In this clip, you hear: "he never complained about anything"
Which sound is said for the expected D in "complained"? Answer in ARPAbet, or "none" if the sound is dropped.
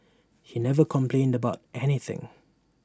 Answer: D